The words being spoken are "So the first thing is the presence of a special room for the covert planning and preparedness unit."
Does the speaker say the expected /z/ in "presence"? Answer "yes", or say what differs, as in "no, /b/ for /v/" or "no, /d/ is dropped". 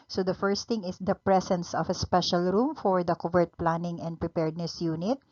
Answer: no, /s/ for /z/